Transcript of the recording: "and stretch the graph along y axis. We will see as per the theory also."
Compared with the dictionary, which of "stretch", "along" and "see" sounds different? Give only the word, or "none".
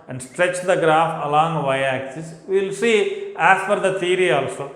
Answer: none